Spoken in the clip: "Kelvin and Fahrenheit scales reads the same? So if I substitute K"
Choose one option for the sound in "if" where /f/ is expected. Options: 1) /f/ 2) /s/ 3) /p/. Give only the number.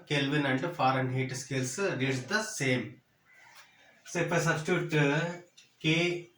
3